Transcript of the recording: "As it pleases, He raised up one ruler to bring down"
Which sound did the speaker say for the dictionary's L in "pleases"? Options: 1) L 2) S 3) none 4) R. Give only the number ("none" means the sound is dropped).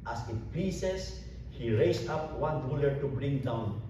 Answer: 3